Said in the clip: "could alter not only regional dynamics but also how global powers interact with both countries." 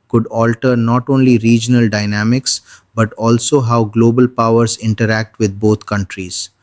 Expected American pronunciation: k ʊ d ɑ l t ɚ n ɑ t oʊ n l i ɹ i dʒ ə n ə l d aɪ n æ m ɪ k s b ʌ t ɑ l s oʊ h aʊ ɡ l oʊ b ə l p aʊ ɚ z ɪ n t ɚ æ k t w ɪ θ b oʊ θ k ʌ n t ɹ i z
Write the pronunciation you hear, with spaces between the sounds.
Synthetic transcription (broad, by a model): k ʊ d ɑ l t ɚ n ɑ t oʊ n l i ɹ i dʒ ə n ə l d aɪ n æ m ɪ k s b ʌ t ɑ l s oʊ h aʊ ɡ l oʊ b ə l p aʊ ɚ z ɪ n t ɚ æ k t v ɪ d b oʊ t k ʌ n t ɹ i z